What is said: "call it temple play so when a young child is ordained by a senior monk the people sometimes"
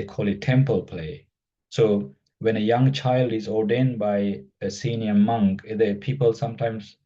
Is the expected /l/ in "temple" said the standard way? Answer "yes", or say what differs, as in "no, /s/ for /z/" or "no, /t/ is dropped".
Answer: yes